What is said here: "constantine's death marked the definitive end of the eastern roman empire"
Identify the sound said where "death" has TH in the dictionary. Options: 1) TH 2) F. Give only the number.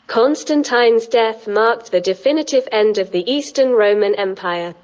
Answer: 1